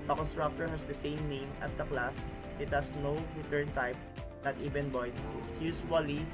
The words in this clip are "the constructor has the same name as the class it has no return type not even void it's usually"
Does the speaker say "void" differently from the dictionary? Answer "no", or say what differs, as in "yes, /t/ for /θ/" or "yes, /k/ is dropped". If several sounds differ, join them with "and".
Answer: yes, /b/ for /v/